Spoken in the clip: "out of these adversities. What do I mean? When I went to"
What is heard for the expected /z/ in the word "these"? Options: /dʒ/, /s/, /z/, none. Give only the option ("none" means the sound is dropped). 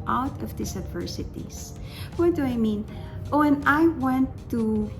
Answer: /s/